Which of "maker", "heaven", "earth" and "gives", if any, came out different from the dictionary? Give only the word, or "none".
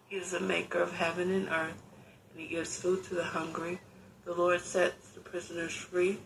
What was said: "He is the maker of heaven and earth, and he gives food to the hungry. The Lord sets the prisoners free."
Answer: none